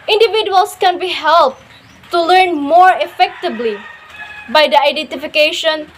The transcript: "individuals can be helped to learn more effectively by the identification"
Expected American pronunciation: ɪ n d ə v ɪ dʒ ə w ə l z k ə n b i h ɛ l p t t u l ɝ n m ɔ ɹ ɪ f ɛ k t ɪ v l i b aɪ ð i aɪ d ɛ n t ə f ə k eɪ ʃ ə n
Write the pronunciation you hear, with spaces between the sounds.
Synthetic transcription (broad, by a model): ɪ n d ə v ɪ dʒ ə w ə l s k ə n b i h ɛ l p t t u l ɝ n m ɔ ɹ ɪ f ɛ k t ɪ b l i b aɪ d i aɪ d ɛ n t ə f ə k eɪ ʃ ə n